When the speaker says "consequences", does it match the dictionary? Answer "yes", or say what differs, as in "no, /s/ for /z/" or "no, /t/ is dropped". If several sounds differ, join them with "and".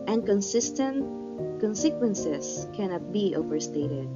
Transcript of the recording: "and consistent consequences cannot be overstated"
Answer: no, /s/ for /z/